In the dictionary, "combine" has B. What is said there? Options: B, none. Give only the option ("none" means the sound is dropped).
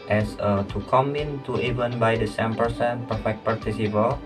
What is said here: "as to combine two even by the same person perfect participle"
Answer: none